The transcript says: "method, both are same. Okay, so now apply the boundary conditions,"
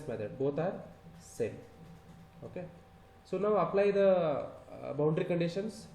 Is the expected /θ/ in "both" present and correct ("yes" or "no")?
no